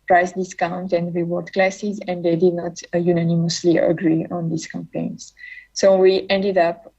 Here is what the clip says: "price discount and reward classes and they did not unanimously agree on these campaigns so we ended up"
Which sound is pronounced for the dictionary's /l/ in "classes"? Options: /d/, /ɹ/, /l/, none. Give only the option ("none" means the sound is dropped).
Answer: /l/